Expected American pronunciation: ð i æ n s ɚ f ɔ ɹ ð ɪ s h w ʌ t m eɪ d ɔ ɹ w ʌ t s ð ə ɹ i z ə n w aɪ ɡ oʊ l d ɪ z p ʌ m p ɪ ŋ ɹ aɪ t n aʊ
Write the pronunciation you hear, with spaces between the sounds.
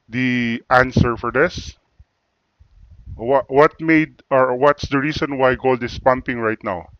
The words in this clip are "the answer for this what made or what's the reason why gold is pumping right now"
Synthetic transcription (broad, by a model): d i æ n s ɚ f ɔ ɹ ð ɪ s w w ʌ t m eɪ d ɔ ɹ w ʌ t s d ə ɹ i s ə n w aɪ ɡ oʊ l d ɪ s p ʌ m p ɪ ŋ ɹ aɪ t n aʊ